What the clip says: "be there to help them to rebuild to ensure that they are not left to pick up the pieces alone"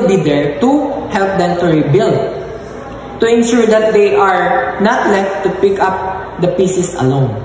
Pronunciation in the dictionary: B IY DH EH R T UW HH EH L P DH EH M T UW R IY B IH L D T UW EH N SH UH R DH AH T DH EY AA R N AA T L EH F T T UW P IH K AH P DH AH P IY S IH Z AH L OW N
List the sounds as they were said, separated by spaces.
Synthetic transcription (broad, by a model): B IY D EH R T UW HH EH L P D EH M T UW R IY B IH L D T UW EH N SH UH R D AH T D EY AA R N AA T L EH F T T UW P IH K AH P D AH P IY S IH S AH L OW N